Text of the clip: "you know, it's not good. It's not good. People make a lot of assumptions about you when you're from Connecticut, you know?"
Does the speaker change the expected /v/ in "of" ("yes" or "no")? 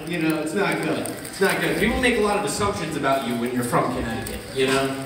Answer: no